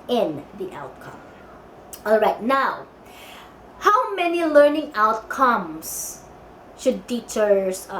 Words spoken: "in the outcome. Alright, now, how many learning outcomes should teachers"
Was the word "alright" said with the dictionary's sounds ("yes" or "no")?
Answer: yes